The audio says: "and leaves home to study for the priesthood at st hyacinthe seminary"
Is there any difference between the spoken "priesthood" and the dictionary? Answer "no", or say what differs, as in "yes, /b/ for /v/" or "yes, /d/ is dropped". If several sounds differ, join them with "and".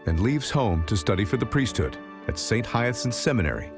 no